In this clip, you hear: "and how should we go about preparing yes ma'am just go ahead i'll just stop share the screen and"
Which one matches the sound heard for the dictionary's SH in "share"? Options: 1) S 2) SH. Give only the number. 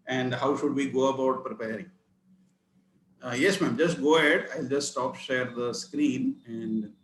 2